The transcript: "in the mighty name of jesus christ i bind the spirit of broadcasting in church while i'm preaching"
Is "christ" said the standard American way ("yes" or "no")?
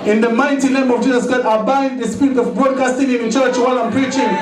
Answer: no